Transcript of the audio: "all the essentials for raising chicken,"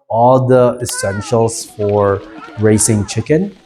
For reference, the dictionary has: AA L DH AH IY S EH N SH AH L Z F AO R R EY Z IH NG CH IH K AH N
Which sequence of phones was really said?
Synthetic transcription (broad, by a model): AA L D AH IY S EH N SH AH L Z F AO R R EY S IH NG CH IH K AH N